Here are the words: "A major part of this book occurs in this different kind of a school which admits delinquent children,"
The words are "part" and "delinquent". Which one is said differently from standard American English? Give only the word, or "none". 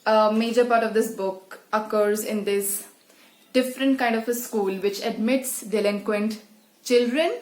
none